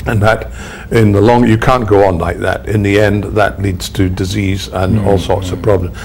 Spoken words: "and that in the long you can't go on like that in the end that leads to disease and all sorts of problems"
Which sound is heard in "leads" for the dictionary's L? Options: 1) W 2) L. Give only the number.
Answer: 2